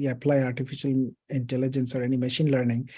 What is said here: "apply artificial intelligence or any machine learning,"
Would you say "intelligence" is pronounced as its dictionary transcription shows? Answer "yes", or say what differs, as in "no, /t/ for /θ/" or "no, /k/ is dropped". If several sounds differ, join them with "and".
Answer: yes